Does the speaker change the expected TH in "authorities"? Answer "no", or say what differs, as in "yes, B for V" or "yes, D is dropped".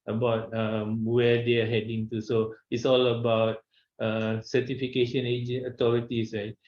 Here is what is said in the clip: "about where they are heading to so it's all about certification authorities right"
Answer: yes, T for TH